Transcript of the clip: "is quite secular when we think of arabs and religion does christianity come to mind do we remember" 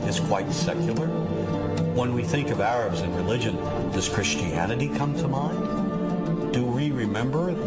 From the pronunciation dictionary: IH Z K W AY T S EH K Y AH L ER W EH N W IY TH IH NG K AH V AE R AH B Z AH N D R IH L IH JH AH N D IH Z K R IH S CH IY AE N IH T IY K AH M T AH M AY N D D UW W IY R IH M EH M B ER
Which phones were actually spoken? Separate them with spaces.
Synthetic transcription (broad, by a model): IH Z K W AY T S EH K Y L ER W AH N W IY TH IH NG K AH V AE R AH B Z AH N R IH L IH JH AH N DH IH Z K R IH S CH IY AE N IH T IY K AH M T AH M AY N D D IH W IY R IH M EH M B ER